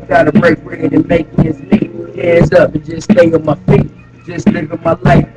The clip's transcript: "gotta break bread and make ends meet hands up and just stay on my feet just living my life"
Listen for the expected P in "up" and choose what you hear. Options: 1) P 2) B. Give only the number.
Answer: 1